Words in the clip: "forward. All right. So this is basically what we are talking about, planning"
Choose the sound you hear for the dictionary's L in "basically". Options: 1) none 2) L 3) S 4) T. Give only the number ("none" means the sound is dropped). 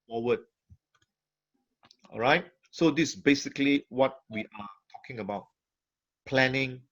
2